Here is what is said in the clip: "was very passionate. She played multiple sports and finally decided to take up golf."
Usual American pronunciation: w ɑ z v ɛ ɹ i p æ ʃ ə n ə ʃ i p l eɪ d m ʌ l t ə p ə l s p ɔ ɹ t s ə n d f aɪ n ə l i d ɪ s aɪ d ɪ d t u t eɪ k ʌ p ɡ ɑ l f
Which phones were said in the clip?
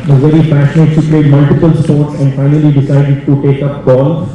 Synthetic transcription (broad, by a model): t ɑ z v ɛ ɹ i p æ s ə n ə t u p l eɪ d m ʌ l t ə p ə l s p ɔ ɹ t s ə n d f aɪ n ə l i d ɪ s aɪ d ɪ d t u t eɪ k ʌ p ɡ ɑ l